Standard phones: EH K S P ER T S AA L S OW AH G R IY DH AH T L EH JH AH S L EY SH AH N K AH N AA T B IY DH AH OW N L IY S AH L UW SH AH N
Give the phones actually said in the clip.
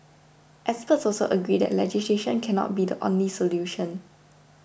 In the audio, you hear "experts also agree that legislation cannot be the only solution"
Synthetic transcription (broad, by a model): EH S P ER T S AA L S OW AH G R IY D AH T L EH JH AH S L EY SH AH N K AH N AA T B IY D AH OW N L IY S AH L UW SH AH N